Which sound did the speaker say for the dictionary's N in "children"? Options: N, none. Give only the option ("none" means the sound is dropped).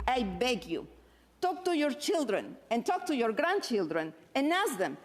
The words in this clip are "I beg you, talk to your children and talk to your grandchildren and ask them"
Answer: N